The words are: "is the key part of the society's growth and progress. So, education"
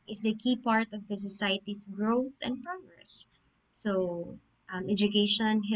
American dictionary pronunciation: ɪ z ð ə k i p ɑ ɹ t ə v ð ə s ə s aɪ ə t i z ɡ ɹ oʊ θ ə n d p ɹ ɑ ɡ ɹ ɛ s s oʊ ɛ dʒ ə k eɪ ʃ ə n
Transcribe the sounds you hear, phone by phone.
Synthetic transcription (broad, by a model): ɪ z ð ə k i p ɑ ɹ t ə v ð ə s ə s aɪ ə t i s ɡ ɹ oʊ θ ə n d p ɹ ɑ ɡ ɹ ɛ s s oʊ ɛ dʒ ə k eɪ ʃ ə n